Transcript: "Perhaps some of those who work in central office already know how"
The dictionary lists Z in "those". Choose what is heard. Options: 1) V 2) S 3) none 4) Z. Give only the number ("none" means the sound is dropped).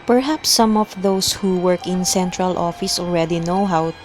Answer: 2